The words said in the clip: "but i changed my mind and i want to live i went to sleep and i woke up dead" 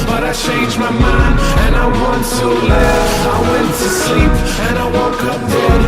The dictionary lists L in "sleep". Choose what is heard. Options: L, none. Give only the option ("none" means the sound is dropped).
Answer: L